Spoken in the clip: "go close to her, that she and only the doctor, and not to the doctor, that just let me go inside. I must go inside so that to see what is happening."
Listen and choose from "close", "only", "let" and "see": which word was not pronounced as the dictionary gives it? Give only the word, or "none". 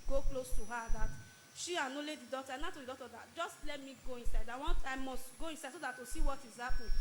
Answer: only